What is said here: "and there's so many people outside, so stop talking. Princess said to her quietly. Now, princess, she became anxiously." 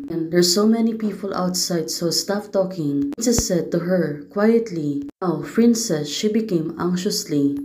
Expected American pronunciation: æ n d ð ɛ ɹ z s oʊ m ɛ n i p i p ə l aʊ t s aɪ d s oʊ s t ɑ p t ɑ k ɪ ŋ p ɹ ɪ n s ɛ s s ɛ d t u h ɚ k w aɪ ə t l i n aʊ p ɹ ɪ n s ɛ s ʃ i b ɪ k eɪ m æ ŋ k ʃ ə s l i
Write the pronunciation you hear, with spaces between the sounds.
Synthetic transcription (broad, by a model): n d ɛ ɹ s oʊ m ɛ n i p i p ə l aʊ t s aɪ d s oʊ s t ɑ f t ɑ k ɪ ŋ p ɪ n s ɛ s s ɛ d t u h ɚ k w aɪ ə t l i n aʊ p ɹ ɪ n s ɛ s ʃ i b ɪ k eɪ m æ ŋ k ʃ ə s l i